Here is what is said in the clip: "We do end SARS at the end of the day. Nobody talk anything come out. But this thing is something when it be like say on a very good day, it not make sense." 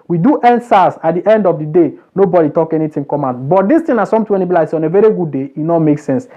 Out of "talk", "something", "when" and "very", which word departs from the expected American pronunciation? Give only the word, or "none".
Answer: something